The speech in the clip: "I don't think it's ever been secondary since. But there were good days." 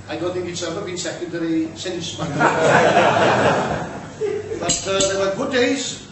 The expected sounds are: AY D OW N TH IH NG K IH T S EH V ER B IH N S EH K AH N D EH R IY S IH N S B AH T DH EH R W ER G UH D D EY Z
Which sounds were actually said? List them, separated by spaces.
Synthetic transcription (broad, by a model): AY D OW N TH IH NG K IH T S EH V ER B IH N S EH K AH N D EH R IY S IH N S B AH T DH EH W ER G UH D D EY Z